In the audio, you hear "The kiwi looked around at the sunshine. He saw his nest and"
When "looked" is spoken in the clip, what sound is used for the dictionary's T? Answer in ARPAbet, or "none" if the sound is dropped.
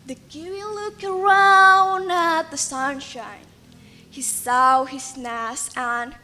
none